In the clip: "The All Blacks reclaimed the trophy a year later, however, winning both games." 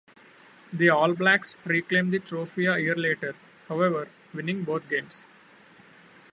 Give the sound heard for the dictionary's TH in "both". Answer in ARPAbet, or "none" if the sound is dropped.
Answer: T